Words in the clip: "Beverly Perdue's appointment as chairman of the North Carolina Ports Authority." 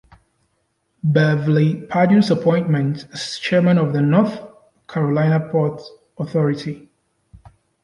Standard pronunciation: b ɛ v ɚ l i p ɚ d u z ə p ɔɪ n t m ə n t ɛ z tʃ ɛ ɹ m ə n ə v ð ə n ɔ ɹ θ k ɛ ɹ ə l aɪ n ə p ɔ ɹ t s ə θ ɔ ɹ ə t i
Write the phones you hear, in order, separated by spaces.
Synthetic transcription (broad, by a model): b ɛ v l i p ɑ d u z ə p ɔɪ n t m ə n t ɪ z tʃ ɛ ɹ m ə n ə v ð ə n ɔ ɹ θ k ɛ ɹ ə l aɪ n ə p ɔ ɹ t ə θ ɔ ɹ ə t i